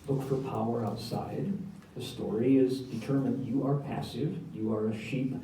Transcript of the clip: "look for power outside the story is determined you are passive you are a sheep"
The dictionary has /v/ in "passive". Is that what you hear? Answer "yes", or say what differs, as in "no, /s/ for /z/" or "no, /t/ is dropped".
yes